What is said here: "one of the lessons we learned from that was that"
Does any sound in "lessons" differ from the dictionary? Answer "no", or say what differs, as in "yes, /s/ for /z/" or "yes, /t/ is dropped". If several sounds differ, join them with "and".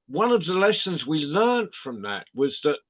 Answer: no